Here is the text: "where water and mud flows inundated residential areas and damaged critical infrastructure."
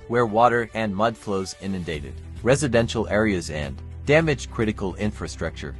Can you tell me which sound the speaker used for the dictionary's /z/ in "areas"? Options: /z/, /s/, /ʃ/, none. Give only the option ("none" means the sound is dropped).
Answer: /z/